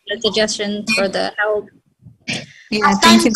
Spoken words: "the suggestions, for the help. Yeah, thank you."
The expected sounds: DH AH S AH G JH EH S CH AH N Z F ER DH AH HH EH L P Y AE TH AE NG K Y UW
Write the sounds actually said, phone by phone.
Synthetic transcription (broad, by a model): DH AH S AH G JH EH S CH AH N F ER DH AH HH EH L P Y AE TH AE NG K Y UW